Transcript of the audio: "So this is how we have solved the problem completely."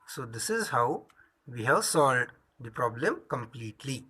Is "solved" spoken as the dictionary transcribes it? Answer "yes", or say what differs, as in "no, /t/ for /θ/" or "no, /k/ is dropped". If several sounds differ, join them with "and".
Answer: no, /v/ is dropped